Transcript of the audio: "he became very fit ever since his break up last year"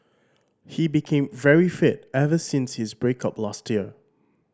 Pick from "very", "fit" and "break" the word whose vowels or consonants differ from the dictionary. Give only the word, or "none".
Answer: none